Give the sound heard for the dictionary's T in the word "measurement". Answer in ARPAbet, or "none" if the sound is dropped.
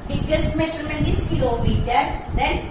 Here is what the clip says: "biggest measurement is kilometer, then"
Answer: none